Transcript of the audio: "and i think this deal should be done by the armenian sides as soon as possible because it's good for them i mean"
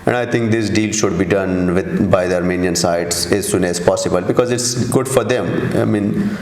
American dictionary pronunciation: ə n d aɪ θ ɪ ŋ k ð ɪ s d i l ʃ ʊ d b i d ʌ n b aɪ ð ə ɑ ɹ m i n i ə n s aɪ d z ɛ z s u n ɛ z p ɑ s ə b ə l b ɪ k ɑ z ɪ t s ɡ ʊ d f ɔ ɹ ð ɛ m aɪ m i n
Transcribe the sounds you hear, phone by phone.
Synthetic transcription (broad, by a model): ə n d aɪ t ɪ ŋ k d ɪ s d i l ʃ ʊ d b i d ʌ n b aɪ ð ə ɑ ɹ m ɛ n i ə n s aɪ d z ɛ z s u n ɛ z p ɑ s ə b ə l b ɪ k ɑ z ɪ t s ɡ ʊ d f ɔ ɹ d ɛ m aɪ m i n